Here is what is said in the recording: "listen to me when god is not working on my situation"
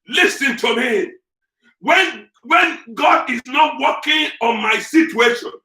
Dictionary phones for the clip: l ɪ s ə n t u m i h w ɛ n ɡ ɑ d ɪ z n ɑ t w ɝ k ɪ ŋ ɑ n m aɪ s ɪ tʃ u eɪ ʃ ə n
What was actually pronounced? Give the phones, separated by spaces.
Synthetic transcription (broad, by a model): l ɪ s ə n t u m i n w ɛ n ɡ ɑ d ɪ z n ɑ t w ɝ k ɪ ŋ ɑ n m aɪ s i tʃ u eɪ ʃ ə n